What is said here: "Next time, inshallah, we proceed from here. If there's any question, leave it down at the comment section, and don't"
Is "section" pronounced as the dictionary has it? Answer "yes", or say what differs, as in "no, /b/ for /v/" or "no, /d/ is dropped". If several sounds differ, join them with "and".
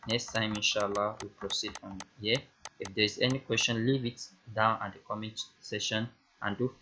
no, /k/ is dropped